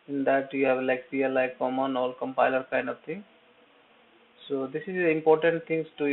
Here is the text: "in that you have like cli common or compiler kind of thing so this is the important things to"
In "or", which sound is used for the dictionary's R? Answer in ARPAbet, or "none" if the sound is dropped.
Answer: L